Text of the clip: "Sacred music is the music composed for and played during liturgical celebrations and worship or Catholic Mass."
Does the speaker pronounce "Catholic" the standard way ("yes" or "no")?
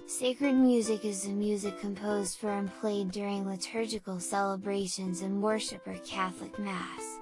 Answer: yes